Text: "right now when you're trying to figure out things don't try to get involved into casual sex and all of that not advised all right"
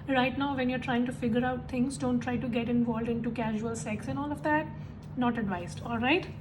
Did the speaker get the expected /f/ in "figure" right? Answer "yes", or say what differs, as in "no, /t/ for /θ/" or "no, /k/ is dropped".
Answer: yes